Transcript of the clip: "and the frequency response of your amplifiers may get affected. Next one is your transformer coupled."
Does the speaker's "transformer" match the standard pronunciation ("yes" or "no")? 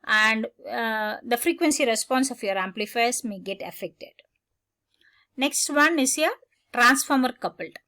yes